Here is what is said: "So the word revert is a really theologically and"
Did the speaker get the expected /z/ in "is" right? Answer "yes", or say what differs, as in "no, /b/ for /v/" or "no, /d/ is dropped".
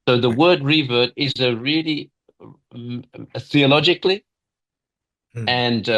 yes